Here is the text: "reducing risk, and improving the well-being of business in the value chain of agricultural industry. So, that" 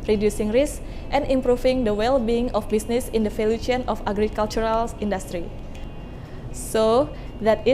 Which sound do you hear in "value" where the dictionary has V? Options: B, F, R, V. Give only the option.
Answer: F